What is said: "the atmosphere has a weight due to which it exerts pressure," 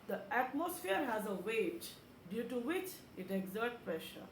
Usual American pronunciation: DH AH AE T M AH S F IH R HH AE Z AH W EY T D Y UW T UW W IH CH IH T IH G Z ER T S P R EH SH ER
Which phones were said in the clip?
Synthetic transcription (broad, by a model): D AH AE T M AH S F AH R HH AE Z AH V EY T D Y UW T UW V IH CH IH T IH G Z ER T P R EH SH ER